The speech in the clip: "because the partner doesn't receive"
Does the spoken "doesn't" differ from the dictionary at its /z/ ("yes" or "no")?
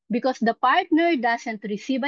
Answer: yes